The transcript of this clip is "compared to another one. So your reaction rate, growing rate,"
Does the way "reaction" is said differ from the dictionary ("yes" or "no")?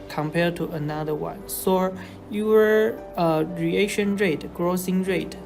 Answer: yes